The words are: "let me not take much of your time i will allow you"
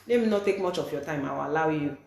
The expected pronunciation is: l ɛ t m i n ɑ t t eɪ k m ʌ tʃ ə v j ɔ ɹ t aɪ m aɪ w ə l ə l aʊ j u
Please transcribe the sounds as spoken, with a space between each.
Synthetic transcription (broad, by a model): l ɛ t m i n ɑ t t eɪ k m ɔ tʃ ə f j ɔ t aɪ m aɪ w ə l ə w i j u